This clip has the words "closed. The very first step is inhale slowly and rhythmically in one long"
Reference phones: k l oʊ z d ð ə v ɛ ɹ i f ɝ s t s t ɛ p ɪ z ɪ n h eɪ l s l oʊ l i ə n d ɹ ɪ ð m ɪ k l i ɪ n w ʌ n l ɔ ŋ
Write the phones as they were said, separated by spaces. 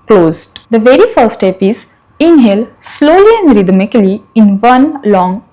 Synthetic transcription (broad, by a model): k l oʊ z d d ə v ɛ ɹ i f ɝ t s t ɛ p ɪ z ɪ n h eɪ l s l oʊ l i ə n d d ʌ m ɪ k l i ɪ n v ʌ n l ɔ ŋ